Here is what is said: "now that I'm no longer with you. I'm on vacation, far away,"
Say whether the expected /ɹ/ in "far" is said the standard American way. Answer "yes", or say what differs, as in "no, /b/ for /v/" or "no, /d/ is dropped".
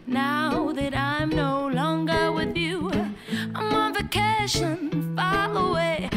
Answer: no, /l/ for /ɹ/